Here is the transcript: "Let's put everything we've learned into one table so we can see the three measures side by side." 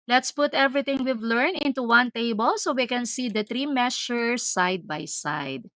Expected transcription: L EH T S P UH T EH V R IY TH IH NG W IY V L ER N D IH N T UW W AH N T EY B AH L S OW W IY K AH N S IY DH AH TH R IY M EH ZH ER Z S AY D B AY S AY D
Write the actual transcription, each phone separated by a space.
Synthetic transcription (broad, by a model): L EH T S P UH T EH V R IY T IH NG W IY V L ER N IH N T UW W AH N T EY B AH L S OW W IY K AH N S IY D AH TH R IY M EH S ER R S AY D B AY S AY D